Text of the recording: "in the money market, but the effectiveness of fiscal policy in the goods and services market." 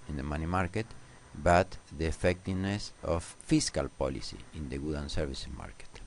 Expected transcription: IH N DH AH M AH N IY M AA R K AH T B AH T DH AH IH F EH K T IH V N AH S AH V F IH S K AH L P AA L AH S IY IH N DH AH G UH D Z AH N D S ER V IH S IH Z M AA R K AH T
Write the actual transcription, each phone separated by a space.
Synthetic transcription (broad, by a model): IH N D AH M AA N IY M AA R K AH T B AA T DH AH F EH K T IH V N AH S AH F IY S K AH L P AA L AH S IY IH N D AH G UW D AH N S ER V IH S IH M AA R K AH T